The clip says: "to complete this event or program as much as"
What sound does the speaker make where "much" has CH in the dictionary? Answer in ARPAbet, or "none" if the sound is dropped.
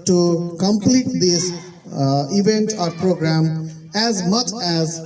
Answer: CH